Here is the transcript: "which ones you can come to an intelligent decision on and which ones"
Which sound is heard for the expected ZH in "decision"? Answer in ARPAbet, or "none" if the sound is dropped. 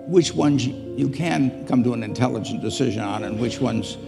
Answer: ZH